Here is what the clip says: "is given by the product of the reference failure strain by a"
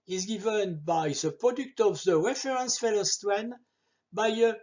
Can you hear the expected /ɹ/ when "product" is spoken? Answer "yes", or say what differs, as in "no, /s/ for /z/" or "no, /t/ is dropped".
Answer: yes